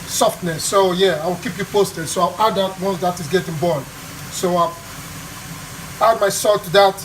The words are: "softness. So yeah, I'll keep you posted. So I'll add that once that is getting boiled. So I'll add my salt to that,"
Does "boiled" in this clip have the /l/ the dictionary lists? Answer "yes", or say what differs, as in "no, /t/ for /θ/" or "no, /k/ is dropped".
no, /l/ is dropped